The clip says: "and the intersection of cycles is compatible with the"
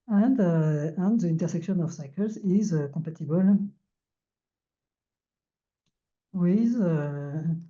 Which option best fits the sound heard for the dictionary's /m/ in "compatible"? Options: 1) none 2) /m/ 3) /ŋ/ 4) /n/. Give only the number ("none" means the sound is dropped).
1